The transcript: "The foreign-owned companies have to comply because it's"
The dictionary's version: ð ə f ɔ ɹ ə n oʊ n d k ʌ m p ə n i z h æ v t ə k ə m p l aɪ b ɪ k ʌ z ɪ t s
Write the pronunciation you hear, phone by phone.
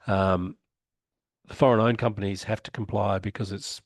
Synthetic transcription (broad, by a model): ð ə f ɔ ɹ ə n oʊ n k ʌ m p ə n i z h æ f t ə k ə m p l aɪ b ɪ k ʌ z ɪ t s